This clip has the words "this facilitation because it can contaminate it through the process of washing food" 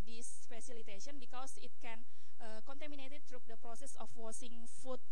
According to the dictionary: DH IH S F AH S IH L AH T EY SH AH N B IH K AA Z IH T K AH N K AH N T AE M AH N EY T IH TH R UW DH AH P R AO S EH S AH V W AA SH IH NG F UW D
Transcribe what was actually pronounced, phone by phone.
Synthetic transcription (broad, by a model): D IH S F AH S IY L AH T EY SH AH N B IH K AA S IH T K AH N K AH N T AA M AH N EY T IH T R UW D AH P R AO S EH S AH F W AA S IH NG F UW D